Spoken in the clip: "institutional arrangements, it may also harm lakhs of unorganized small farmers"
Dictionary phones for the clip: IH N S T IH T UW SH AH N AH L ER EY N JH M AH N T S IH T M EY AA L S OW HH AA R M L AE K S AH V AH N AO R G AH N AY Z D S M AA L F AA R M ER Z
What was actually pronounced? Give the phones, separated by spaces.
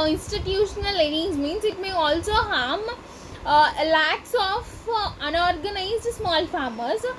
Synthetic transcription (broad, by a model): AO N S T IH T UW SH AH N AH L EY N Z M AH N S IH T M EY AA L S OW HH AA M L AE K S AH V AH N AO R G AH N AY Z D S M AA L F AA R M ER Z